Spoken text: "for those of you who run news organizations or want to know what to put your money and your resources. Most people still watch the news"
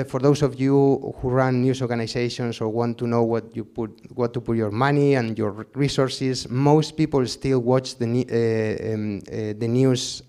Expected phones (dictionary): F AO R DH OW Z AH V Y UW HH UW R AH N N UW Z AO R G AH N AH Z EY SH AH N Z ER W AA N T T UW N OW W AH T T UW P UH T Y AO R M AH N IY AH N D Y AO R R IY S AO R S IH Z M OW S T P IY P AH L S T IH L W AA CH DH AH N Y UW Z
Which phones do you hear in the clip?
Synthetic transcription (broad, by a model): F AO R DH OW S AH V Y UW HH UW R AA N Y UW S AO R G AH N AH S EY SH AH N S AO W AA N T T UW N OW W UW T T UW P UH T Y AO R M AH N IY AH N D Y AO R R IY S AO R S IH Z M OW S T P IY P AH L S T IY L W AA CH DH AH N Y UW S